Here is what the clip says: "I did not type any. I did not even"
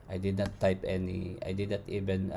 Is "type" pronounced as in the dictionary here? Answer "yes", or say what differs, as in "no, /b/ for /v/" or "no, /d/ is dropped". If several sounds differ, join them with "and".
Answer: yes